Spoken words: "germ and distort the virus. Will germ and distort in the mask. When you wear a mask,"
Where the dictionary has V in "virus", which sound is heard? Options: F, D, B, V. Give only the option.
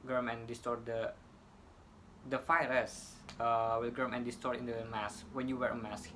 F